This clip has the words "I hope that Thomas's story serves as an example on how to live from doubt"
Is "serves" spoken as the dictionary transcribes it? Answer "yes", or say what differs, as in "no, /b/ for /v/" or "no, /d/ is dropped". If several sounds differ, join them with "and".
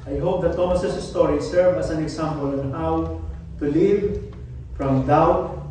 no, /z/ is dropped